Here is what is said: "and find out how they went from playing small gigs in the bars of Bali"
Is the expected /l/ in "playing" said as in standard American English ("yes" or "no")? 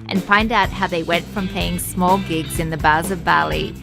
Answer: no